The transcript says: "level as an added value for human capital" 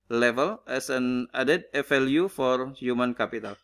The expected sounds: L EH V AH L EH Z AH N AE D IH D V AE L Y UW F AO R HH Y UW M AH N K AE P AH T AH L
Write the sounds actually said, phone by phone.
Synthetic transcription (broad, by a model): L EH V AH L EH S AH N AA D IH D F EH L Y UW F AO R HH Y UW M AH N K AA P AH T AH L